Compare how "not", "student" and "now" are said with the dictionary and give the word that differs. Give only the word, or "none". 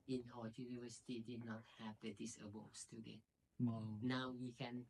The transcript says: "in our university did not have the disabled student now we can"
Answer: student